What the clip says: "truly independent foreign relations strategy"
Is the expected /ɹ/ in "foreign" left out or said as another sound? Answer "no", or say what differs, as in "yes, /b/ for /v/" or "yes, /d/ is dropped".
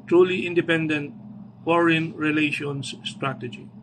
no